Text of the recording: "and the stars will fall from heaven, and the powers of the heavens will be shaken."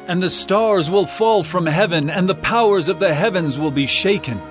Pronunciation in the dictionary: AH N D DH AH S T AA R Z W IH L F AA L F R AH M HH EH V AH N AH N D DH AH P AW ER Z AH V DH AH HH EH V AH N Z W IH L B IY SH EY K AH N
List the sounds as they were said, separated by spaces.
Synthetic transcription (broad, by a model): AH N DH AH S T AA R Z W IH L F AA L F R AH M HH EH V AH N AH N DH AH P AW ER Z AH V DH AH HH EH V AH N Z W IH L B IY SH EY K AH N